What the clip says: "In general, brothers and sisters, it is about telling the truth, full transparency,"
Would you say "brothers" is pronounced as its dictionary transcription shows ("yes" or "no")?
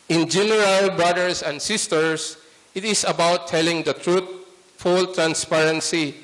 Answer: no